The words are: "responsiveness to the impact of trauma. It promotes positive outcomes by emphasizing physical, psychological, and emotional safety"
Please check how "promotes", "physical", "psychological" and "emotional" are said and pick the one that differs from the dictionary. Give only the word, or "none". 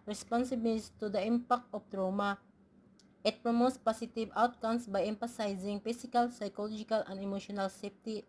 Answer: physical